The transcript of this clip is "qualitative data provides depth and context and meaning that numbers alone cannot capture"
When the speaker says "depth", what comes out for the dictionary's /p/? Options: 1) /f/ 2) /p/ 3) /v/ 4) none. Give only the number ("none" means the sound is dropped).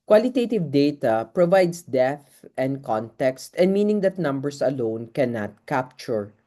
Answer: 4